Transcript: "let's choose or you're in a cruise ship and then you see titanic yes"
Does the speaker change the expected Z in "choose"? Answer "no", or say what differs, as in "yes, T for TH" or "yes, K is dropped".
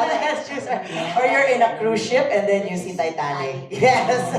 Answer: yes, S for Z